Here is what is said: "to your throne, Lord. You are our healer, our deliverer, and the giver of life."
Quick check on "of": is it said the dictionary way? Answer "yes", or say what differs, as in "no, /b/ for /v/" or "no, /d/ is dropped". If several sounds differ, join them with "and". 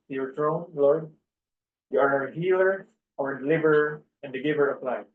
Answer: no, /p/ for /v/